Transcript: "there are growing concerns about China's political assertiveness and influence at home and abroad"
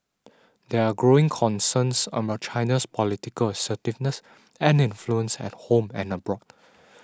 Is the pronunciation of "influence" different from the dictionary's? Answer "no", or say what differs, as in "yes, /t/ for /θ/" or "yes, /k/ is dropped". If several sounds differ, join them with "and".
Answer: no